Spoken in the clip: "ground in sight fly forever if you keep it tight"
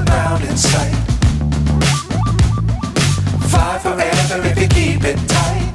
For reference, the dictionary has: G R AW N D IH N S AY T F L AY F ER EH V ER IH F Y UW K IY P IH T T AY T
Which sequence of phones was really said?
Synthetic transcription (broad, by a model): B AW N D IH N S AY T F AY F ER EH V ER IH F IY K IY P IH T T AY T